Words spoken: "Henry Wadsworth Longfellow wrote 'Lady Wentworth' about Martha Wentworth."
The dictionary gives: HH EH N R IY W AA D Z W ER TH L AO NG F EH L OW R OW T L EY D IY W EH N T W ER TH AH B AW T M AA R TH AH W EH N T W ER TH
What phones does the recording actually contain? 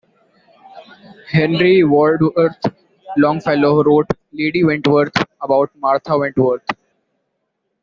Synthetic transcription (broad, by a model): HH EH N R IY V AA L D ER T L AO NG F EH L OW R OW T L EY D IY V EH N T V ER T AH B AW T M AA R T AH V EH N T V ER T